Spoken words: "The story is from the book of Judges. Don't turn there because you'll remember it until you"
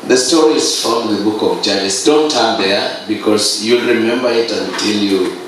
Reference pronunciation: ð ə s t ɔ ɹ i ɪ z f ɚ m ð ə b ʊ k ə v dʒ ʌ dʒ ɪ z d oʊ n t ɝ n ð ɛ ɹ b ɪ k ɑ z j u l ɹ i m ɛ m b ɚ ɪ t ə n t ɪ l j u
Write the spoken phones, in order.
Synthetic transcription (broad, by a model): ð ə s t ɔ ɹ i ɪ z f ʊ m ð ə b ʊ k ə v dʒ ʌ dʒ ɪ s d oʊ n t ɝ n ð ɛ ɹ b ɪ k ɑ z j u l ɹ i m ɛ m b ɚ ɪ t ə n t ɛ l j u